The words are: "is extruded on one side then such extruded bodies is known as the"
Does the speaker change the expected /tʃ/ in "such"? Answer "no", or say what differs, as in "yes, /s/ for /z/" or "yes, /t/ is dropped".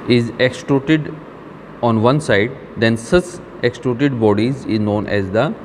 yes, /s/ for /tʃ/